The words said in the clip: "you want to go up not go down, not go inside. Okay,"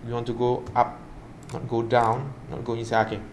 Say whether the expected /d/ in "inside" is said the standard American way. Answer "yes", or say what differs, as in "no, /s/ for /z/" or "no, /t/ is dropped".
no, /d/ is dropped